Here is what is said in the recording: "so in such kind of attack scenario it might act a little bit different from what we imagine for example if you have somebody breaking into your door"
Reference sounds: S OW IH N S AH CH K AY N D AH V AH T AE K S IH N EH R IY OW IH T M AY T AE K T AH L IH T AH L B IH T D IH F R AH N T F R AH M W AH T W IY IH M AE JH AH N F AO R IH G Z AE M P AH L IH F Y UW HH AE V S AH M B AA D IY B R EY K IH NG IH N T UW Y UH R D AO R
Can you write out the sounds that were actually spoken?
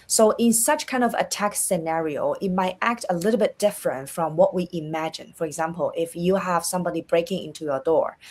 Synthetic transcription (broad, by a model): S OW IH N S AH CH K AY N D AH V AH T AE K S IH N EH R IY OW IH T M AY T AE K T AH L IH T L B IH T D IH F R AH N T F R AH M W AH T W IY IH M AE JH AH N F AO R IH G Z AE M P AH L IH F Y UW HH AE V S AH M B AA D IY B R EY K IH NG IH N T UW Y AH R D AO R